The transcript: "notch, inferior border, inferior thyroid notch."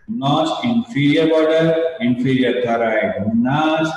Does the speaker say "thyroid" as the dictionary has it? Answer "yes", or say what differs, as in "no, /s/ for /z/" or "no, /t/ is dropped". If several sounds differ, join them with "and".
no, /t/ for /θ/